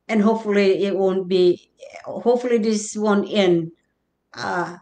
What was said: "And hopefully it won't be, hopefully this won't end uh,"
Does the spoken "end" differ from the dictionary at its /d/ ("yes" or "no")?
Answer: yes